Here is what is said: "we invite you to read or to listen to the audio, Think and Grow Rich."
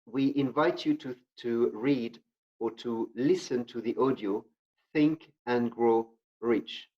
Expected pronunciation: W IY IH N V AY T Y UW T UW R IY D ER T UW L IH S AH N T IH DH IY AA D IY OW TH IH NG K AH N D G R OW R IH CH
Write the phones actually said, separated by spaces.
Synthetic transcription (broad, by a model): W IY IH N V AY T Y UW T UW R IY D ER T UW L IH S AH N T IH DH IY AA D IY OW TH IH NG K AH N G R OW R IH CH